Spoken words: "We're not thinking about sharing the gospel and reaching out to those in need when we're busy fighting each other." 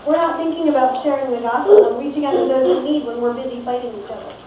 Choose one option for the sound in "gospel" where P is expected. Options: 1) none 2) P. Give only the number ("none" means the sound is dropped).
1